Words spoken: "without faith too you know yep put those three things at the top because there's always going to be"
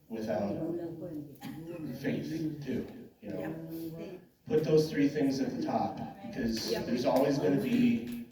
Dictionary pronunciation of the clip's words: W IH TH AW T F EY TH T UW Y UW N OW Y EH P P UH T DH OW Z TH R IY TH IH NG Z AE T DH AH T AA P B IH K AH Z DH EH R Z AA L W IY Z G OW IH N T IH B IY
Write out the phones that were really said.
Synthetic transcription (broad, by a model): W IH TH AW T F EY TH T UW Y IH N OW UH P P UH T DH OW Z TH R IY TH IH NG Z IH T DH AH T AA P B IH K AH Z DH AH R Z AA L W IY Z G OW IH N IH B IY